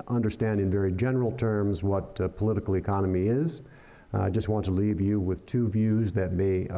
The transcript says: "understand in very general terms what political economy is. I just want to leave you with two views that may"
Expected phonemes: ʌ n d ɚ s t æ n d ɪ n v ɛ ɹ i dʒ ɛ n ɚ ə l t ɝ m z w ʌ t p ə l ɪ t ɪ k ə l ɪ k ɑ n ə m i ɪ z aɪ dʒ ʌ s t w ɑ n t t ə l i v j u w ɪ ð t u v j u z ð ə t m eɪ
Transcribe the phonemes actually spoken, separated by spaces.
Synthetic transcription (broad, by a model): ʌ n d ɚ s t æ n d ɪ n v ɛ ɹ i dʒ ɛ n ɚ l t ɝ m z w ʌ t p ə l ɪ t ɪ k l ɪ k ɑ n ə m i ɪ z aɪ dʒ ʌ s t w ɑ n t t ə l i v j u w ɪ ð t u v j u z ð ə t m eɪ